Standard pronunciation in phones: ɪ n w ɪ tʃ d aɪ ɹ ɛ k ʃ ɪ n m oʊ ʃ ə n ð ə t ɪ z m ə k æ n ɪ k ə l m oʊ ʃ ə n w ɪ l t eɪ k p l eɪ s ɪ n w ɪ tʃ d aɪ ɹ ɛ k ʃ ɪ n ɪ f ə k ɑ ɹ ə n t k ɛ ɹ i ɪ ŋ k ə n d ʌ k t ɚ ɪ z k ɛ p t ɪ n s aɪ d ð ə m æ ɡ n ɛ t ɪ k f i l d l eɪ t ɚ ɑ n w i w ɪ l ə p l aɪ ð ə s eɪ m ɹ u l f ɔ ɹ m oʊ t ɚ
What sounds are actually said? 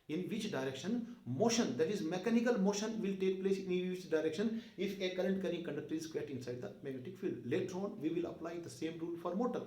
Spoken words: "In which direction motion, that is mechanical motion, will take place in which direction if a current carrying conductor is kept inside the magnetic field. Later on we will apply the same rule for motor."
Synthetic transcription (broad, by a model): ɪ n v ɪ tʃ d aɪ ɹ ɛ k ʃ ɪ n m oʊ ʃ ə n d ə t ɪ z m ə k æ n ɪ k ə l m oʊ ʃ ə n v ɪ l t eɪ k p l eɪ s ɪ n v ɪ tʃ d aɪ ɹ ɛ k ʃ ɪ n ɪ f ə k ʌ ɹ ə n t k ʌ ɹ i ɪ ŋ k ə n d ʌ k t ɚ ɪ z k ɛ t ɪ n s aɪ d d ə m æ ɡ ɛ t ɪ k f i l l eɪ t ɚ ɑ n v i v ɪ l ə p l aɪ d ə s eɪ m ɹ u l f ɔ ɹ m oʊ t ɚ